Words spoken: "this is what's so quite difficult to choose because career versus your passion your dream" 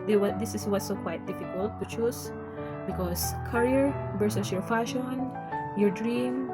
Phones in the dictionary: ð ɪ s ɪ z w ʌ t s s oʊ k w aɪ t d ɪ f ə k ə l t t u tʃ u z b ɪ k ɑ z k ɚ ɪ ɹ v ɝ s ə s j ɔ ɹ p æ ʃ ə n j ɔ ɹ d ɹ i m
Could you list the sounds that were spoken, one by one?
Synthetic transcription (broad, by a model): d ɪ s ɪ s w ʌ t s s oʊ k w aɪ t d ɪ f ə k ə l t t u tʃ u s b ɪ k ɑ s k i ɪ ɹ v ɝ s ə s j ɔ ɹ f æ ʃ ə n j ɔ ɹ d ɹ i m